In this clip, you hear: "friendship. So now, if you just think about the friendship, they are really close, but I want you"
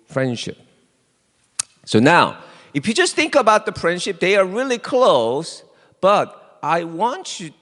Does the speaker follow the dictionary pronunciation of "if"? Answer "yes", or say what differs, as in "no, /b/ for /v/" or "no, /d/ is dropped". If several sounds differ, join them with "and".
yes